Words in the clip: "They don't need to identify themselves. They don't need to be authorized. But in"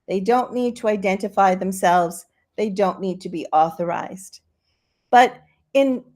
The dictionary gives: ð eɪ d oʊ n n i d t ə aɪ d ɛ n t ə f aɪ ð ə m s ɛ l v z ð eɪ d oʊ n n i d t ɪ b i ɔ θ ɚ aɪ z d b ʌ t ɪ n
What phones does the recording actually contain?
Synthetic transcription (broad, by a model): ð eɪ d oʊ n n i d t ə aɪ d ɛ n t ə f aɪ ð ə m s ɛ l v z ð eɪ d oʊ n n i d t ɪ b i ɔ θ ɚ aɪ z d b ʌ t ɪ n